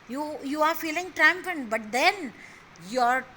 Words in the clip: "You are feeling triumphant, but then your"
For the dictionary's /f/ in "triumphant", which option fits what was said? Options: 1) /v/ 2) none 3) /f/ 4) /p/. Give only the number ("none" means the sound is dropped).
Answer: 4